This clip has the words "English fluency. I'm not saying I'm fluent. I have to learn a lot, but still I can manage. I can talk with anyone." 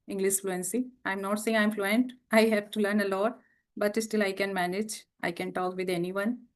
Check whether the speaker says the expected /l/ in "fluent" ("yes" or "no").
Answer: yes